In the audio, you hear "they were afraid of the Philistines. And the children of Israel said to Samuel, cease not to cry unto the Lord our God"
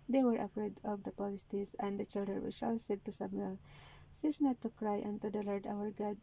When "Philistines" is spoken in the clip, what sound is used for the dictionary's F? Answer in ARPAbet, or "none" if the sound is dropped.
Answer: P